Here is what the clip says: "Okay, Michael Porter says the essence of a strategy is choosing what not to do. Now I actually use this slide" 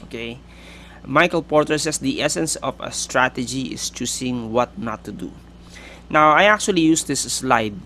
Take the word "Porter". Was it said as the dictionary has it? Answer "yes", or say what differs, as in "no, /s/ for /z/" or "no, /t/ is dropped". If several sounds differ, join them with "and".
yes